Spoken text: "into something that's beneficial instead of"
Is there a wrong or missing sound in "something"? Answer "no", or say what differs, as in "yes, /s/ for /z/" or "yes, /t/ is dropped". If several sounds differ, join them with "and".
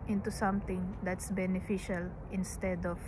yes, /t/ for /θ/